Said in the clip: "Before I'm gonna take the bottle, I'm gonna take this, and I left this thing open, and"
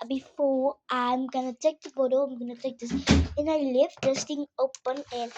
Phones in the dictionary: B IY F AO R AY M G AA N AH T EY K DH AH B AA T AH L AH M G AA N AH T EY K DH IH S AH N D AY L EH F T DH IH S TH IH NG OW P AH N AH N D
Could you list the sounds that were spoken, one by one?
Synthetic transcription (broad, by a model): B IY F AO AY M G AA N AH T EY K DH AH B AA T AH AH M G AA N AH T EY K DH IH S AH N AY L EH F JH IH S T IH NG OW P AH N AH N